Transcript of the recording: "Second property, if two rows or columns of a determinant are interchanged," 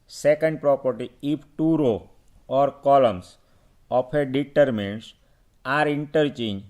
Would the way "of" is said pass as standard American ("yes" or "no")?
no